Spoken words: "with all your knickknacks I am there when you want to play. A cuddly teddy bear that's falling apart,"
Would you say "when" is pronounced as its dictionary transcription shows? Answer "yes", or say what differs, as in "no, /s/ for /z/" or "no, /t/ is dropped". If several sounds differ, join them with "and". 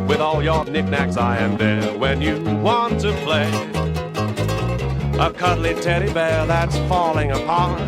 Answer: yes